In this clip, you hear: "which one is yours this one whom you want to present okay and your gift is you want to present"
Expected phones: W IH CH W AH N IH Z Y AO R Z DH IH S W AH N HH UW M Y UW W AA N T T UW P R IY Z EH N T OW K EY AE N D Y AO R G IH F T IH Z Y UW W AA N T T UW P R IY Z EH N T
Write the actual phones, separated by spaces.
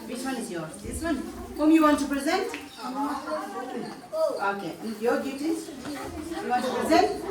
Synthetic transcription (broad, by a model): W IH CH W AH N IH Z Y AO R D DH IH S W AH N HH UW M Y UW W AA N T T UW P R IY Z EH N T OW K EY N Y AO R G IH T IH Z Y UW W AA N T T UW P R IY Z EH N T